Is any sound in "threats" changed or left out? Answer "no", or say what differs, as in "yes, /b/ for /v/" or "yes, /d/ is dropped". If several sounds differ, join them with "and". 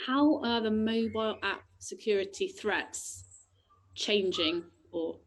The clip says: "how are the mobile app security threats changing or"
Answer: no